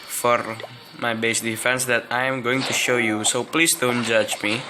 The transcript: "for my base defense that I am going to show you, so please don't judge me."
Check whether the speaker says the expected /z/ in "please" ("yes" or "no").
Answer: no